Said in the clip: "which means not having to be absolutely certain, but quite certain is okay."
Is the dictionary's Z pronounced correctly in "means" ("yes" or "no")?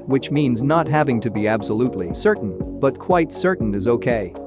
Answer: yes